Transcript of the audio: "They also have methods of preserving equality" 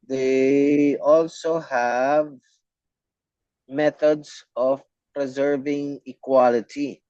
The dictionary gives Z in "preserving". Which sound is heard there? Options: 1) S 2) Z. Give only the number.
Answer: 2